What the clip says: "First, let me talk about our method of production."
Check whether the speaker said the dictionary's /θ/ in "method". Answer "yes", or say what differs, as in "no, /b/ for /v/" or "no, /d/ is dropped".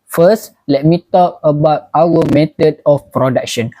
no, /t/ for /θ/